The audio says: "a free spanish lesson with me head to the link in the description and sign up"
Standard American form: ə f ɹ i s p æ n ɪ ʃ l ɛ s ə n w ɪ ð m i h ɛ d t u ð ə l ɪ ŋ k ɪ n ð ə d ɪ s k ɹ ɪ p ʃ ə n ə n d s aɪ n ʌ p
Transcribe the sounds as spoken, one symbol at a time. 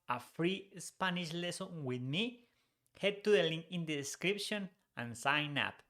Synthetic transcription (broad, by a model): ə f ɹ i s p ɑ n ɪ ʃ l ɛ s ə n w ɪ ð m i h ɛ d t u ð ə l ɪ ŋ ɪ n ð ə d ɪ s k ɹ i p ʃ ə n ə n s aɪ n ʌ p